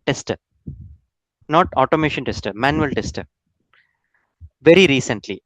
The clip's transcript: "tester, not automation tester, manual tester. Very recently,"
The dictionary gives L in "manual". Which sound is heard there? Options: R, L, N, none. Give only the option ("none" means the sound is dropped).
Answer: L